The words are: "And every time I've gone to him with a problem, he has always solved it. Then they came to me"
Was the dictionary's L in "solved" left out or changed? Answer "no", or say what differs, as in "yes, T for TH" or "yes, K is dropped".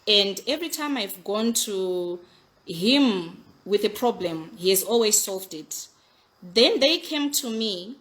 no